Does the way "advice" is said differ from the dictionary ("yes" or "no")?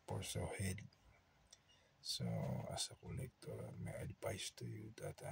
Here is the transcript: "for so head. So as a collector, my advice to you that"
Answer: yes